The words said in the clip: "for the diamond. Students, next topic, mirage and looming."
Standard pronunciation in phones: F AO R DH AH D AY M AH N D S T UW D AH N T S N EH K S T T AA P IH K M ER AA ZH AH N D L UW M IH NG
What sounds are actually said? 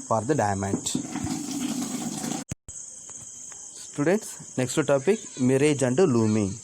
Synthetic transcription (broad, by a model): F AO R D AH D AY M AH N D S T UW D AH N T S N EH K S T T AA P IH K M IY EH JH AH N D L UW M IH